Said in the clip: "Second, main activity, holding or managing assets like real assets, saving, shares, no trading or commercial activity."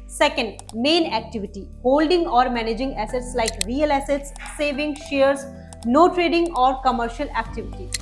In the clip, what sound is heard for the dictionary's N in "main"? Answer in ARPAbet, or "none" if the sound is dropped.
N